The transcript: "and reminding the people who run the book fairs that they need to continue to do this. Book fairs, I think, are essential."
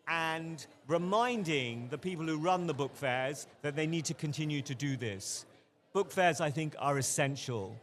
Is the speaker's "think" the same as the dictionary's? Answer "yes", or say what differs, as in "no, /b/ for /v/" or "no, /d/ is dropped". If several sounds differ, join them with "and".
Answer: yes